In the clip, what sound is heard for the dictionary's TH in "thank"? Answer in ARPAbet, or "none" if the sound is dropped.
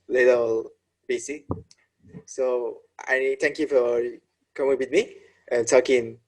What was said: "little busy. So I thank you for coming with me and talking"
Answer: T